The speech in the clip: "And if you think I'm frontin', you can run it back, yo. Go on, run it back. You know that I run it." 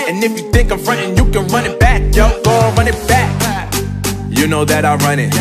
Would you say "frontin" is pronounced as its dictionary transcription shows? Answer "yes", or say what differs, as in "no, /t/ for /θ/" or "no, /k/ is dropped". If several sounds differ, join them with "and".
yes